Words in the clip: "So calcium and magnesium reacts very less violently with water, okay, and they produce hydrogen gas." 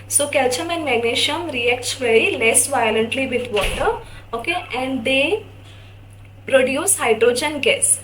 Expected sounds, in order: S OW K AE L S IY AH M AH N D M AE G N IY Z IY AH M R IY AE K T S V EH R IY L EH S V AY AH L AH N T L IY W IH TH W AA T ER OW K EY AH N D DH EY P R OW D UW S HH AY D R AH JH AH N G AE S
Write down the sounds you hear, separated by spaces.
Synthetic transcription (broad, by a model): S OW K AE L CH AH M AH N M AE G N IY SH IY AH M R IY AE K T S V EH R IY L EH S V AY AH L AH N T L IY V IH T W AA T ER OW K EY AH N D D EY P R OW D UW S HH AY D R AH JH AH N G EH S